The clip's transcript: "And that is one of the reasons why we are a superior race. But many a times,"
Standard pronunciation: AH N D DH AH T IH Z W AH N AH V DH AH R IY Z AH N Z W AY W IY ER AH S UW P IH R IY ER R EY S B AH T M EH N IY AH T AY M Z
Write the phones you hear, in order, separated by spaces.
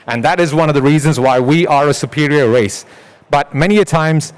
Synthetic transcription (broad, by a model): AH N DH AH T IH Z W AH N AH V DH AH R IY Z AH N Z W AY W IY ER AH S UW P IH R IY ER R EY S B AH T M EH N IY AH T AY M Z